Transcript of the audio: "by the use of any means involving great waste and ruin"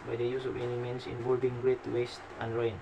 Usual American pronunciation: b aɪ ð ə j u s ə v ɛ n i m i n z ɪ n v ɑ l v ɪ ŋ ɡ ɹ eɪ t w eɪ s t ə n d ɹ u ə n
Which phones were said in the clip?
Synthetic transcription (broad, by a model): b aɪ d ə j u s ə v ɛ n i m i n s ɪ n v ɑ l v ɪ ŋ ɡ ɹ eɪ t w eɪ s t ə n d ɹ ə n